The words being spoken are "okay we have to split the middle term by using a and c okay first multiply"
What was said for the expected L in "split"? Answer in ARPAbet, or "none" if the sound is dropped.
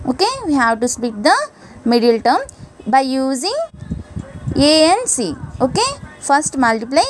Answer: none